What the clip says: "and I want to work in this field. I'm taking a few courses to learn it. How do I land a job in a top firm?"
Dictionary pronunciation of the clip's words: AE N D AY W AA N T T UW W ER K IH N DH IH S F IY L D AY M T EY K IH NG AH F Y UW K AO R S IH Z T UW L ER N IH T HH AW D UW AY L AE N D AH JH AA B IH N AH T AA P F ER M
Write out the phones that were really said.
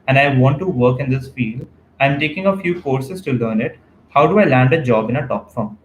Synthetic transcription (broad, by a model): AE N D AY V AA N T T UW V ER K IH N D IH S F IY L AY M T EY K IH NG AH F Y UW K AO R S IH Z T UW L ER N IH T HH AW D UW AY L AE N D AH JH AA B IH N AH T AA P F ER M